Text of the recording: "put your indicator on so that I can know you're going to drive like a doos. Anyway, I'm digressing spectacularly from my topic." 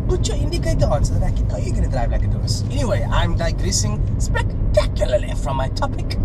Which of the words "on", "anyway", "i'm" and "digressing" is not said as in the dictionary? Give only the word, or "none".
none